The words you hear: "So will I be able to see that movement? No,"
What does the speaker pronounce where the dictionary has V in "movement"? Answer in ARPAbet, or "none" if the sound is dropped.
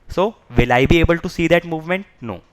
V